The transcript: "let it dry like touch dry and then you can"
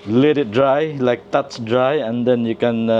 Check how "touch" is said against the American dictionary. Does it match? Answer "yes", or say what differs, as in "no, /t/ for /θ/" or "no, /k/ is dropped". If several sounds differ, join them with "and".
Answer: no, /s/ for /tʃ/